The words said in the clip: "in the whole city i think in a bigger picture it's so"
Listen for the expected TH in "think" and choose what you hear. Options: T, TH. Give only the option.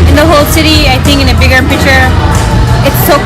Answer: TH